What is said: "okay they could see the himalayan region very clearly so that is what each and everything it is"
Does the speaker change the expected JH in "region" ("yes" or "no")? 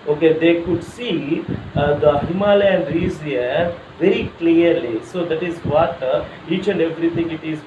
yes